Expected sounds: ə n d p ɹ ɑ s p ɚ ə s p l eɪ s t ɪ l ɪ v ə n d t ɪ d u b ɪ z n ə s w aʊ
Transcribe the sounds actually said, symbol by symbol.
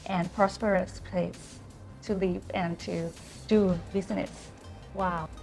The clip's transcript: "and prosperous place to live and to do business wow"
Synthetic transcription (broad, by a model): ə n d p ɹ ɑ s p ɚ ə s p l eɪ s t ɪ l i p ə n t ɪ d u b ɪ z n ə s w aʊ